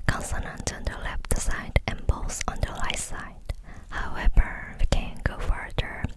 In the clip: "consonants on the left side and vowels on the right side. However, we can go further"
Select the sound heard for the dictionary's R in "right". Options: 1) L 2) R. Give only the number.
1